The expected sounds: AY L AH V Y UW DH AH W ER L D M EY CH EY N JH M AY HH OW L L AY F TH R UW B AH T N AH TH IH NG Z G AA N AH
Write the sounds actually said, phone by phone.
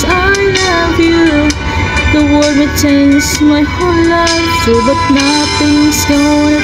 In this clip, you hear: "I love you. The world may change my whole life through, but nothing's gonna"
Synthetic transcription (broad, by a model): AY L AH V Y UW DH AH W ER D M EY CH EY N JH M AY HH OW N L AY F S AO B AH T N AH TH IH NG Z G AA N